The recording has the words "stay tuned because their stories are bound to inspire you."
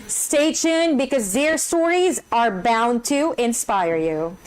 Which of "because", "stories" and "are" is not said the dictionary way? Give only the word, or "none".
none